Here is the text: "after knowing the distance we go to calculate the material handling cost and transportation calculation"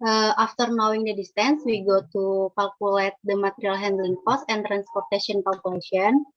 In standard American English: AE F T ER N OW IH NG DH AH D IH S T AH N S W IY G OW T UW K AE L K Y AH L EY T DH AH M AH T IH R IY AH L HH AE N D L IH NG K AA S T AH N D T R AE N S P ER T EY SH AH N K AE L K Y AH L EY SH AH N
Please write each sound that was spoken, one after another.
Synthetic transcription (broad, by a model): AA F T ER N OW IH NG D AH D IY S T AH N S W IY G OW T UW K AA L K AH L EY T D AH M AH T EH R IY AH L HH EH N D L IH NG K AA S AH N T R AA N S P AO T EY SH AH N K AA L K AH L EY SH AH N